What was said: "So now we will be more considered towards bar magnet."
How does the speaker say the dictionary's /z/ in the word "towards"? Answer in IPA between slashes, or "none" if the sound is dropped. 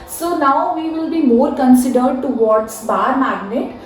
/s/